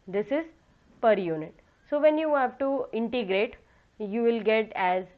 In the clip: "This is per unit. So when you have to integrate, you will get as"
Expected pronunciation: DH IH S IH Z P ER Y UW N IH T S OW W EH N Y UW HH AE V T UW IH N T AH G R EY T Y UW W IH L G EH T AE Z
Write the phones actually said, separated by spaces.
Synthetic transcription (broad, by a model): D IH S IH Z P ER Y UW N IH T S OW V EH N Y UW HH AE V T UW IH N T AH G R EY T Y UW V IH L G EH T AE Z